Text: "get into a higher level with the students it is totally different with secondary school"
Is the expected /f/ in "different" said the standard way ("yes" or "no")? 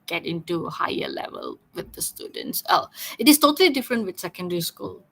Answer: yes